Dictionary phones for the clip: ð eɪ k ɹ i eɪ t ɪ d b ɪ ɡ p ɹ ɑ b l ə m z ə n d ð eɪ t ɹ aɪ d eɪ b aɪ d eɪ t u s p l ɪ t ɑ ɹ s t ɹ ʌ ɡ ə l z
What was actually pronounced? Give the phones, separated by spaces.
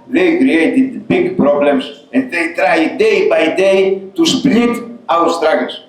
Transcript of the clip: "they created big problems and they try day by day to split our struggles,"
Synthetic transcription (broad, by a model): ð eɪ k ɹ i eɪ t ɪ d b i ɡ p ɹ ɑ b l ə m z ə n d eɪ t ɹ aɪ d eɪ b aɪ d eɪ t u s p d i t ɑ w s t ɹ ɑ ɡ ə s